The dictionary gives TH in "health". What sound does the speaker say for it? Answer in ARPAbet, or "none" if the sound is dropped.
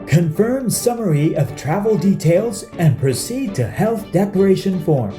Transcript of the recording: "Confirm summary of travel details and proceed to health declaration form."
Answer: TH